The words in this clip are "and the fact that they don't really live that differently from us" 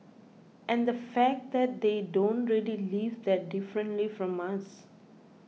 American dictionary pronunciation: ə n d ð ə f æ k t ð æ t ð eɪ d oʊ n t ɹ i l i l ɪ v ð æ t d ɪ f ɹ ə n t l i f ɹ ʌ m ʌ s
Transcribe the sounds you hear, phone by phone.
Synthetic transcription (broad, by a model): ə n d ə f æ k t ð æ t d eɪ d oʊ n t ɹ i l i l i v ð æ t d ɪ f ɹ ə n t l i f ɹ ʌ m ʌ s